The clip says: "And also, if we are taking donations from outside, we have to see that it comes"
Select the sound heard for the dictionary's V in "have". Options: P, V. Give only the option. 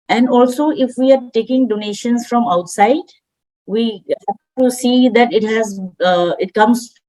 P